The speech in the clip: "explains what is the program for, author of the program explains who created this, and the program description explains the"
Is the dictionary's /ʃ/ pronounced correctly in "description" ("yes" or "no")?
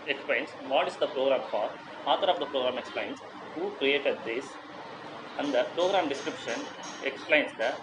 yes